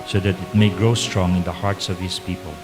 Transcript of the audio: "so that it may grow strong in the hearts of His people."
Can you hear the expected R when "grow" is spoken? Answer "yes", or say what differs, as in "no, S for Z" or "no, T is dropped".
yes